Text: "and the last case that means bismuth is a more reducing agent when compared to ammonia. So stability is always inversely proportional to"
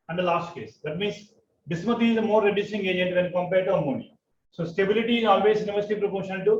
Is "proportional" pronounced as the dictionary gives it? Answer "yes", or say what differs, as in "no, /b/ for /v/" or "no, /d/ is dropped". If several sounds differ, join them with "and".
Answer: no, /n/ is dropped and /n/ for /l/